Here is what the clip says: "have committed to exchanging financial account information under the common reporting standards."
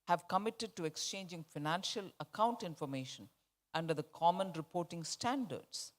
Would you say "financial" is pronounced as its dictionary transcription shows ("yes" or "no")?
yes